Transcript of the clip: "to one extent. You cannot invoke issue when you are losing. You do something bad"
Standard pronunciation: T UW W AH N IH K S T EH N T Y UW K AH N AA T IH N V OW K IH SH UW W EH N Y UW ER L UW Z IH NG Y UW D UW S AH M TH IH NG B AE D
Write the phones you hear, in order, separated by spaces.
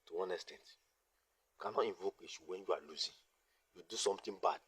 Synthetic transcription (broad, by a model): T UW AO N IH S T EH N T Y UW K AH N AA T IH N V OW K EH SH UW W EH N Y UW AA L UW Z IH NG Y UW D UW S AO M T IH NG B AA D